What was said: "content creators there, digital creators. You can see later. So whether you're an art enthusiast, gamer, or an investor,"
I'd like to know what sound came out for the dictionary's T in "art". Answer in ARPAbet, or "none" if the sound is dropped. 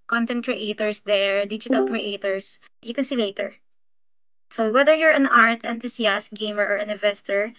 T